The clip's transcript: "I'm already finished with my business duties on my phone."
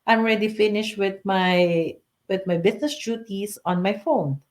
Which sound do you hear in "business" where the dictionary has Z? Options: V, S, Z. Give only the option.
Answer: S